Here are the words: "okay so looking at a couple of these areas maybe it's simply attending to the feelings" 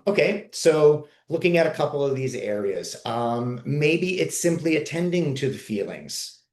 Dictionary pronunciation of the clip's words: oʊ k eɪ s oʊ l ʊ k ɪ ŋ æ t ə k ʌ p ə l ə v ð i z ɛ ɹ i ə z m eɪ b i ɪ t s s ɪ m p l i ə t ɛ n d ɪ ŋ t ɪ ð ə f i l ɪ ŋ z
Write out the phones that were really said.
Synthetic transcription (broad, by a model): oʊ k eɪ s oʊ l ʊ k ɪ ŋ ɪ t ə k ʌ p l ə v ð i z ɛ ɹ i ə z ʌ eɪ b i ɪ t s s ɪ m p l i ə t ɛ n d ɪ ŋ t ɪ ð ə f i l ɪ ŋ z